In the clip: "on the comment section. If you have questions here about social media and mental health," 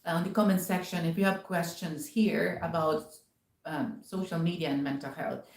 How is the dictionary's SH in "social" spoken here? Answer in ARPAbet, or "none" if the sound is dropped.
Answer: SH